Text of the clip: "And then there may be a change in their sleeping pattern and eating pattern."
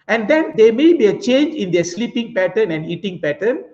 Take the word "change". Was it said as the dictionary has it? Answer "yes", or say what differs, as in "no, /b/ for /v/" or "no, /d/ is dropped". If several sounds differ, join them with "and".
yes